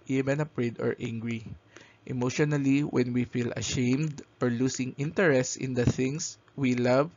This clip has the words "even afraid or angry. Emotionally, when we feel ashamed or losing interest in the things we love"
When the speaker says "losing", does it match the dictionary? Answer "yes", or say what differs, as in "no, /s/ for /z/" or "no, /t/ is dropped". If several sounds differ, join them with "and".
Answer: no, /s/ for /z/